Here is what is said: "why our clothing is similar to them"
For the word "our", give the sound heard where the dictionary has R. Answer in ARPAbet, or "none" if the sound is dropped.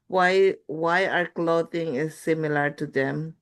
R